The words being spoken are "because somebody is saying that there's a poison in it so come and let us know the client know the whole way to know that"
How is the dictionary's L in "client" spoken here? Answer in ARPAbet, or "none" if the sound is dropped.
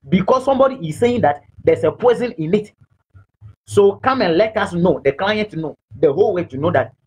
L